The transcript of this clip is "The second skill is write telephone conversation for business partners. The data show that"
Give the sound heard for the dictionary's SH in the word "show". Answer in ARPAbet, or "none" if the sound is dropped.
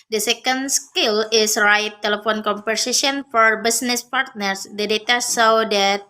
S